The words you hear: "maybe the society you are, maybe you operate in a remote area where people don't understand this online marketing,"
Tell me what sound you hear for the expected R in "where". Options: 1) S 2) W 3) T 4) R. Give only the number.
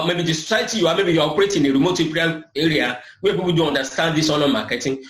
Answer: 2